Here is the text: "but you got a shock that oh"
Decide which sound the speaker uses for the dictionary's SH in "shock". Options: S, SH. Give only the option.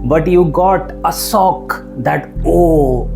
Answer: S